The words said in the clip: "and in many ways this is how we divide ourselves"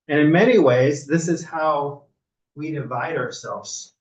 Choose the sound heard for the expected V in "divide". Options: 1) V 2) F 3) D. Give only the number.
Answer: 1